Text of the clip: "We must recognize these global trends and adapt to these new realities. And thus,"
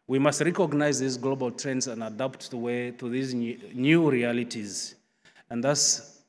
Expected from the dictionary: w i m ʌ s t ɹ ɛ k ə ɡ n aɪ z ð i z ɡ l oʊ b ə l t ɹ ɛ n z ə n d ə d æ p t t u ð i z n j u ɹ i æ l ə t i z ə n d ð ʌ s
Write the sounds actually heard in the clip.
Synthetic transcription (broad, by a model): w i m ʌ s t ɹ ɛ k ə ɡ n aɪ z ð i z ɡ l oʊ b ə l t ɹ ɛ n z ə n d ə d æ p t t u ð i z n j u ɹ i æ l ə t i z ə n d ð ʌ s